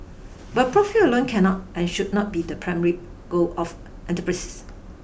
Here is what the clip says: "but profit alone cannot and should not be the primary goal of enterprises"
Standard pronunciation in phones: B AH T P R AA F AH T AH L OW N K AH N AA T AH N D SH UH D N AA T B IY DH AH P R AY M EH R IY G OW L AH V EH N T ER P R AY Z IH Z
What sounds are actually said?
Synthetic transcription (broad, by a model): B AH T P R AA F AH AH L OW N K AH N AA T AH N SH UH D N AA T B IY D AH P R AY M EH R IY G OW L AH F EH N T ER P R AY S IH S